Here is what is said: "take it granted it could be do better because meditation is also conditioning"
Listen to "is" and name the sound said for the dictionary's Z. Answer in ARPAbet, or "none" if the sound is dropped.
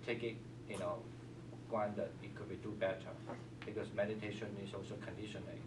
S